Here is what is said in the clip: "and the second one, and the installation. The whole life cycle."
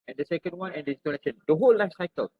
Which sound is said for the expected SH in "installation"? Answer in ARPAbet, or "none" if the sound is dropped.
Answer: S